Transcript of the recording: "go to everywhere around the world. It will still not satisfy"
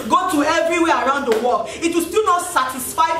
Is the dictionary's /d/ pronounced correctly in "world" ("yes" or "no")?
no